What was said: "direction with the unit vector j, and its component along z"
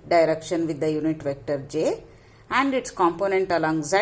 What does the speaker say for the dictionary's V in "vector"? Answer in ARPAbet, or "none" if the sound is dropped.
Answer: V